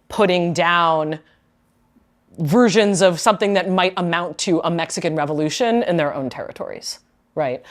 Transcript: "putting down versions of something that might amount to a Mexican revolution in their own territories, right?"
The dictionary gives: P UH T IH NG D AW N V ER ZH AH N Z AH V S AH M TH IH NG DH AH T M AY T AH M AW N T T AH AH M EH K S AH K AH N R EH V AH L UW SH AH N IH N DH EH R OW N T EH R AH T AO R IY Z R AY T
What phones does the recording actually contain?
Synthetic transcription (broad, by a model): P UH T IH NG D AW N V ER ZH AH N Z AH V S AH M TH IH NG DH AH T M AY T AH M AW N T T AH AH M EH K S AH K AH N R EH V AH L UW SH AH N IH N DH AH R OW N T EH R AH T AO R IY Z R AY T